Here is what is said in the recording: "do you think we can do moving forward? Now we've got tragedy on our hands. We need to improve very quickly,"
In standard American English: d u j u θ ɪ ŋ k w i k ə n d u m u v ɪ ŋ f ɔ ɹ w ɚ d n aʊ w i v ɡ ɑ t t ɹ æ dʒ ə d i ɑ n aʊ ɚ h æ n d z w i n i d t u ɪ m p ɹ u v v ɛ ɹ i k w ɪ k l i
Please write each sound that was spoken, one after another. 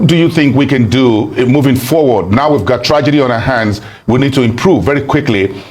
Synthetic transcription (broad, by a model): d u j u θ ɪ ŋ k w i k ə n d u m u v ɪ ŋ f ɔ ɹ w ɚ d n aʊ w i v ɡ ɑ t t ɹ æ dʒ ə d i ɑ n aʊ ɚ h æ n d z w i n i d t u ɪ m p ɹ u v v ɛ ɹ i k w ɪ k l i